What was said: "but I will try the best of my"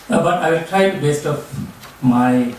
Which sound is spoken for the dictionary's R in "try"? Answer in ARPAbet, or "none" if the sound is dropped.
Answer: R